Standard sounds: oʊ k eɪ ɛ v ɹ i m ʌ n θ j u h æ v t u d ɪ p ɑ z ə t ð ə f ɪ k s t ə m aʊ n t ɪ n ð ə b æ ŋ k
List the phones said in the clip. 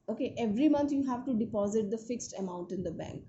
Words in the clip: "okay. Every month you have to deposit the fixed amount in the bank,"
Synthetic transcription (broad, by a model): oʊ k eɪ ɛ v ɹ i m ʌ n t j u h æ v t u d ɪ p ɑ z ə t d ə f ɪ k s t ə m aʊ n t ɪ n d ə b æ ŋ k